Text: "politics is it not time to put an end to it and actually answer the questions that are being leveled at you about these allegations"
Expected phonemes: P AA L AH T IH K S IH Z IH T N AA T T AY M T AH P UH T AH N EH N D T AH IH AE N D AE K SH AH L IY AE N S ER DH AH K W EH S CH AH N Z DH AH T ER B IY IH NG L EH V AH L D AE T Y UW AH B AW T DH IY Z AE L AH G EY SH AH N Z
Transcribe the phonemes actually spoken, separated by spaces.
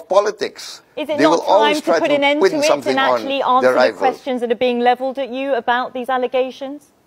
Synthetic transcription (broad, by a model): P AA L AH T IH K S IH Z IH T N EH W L AY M T AH P UH T AH N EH N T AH IH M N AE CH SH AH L IY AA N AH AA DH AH K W EH S CH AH N Z DH AH T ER B IY IH NG L EH V AH L D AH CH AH AH B AW T DH IY Z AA L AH G EY SH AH N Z